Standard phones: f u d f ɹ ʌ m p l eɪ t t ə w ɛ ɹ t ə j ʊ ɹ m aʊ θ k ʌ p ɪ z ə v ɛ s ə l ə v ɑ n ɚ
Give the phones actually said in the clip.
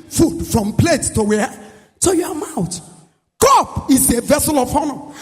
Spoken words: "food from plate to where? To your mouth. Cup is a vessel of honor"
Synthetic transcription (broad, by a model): f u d f ɹ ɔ m p l eɪ t t ə w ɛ t ə j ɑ m aʊ t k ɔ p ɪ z ə v ɛ s ə l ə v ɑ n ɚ